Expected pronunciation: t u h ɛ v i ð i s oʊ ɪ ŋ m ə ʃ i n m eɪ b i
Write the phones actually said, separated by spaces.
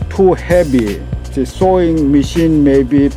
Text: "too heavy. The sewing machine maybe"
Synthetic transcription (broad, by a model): t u h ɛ b i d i s oʊ ɪ ŋ m ə ʃ i n m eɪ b i